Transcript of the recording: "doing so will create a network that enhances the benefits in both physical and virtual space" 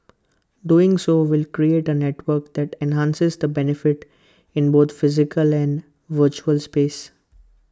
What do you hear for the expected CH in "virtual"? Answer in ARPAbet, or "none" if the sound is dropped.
CH